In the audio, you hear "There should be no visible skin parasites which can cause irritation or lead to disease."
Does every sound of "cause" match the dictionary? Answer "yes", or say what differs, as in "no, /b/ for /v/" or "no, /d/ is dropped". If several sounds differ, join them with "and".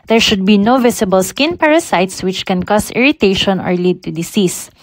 no, /s/ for /z/